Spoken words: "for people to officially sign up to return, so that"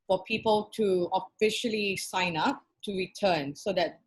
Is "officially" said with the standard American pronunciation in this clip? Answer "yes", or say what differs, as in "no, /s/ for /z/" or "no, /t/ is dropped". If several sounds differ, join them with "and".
yes